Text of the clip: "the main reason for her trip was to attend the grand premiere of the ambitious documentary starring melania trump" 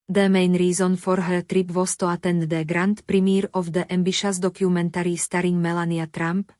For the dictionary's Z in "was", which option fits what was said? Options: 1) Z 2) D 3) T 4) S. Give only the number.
4